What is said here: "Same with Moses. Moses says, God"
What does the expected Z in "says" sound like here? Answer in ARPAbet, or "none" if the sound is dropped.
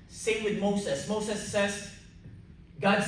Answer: S